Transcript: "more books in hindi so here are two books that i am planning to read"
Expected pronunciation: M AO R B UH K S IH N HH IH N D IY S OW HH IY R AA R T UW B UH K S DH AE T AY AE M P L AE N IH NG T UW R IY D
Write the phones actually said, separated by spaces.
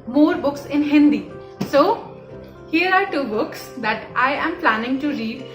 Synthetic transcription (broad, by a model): M AO R B UH K S IH N HH IH N D IY S OW HH IY R AA R T UW B UH K S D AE T AY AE M P L AE N IH NG T UW R IY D